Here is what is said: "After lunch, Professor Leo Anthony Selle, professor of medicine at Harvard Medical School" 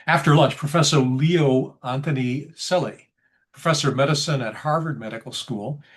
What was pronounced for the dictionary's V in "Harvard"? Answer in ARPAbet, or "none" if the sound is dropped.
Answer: V